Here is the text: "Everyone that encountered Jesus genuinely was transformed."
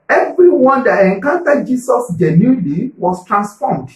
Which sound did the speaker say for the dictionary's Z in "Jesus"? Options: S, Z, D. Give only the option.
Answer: S